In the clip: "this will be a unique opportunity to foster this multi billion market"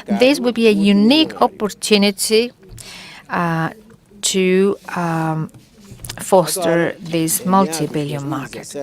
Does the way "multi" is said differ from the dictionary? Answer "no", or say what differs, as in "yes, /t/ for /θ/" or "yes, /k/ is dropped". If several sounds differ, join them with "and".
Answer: no